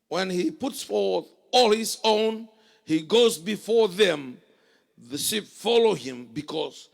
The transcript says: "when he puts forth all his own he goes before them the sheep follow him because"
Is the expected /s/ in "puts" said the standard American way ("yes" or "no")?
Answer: yes